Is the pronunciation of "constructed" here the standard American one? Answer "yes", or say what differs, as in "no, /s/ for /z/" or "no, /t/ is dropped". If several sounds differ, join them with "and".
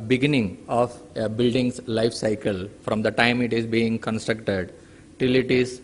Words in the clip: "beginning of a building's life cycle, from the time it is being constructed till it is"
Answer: yes